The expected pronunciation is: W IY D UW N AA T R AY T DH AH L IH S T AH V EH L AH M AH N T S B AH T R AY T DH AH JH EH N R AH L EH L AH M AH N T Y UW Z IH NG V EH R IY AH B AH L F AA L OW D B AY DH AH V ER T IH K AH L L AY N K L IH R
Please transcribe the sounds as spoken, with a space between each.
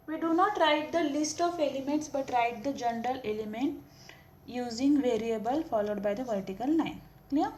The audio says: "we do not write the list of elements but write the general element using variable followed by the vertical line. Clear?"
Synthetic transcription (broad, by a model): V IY D UW N AA T R AY T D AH L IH S T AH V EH L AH M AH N T S B AH T R AY T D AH JH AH N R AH L EH L AH M AH N T Y UW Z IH NG V EH R IY AH B AH L F AA L OW D B AY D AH V ER T IH K AH L N AY N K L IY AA